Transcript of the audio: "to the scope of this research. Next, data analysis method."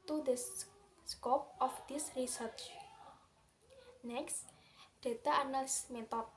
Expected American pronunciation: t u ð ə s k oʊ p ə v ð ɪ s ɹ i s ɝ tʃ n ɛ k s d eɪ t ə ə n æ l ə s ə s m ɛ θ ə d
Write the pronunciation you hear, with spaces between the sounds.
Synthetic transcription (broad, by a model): t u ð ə s k oʊ p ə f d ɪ s ɹ i s ɝ tʃ n ɛ k s d eɪ t ə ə n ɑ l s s m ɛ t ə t